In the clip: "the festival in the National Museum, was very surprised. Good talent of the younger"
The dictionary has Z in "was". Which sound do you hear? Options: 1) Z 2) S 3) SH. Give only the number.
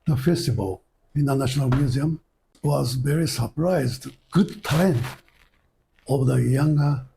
1